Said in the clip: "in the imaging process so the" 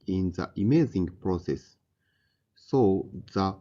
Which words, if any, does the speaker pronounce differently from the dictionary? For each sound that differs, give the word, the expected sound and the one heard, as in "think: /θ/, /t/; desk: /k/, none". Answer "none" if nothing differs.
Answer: imaging: /dʒ/, /z/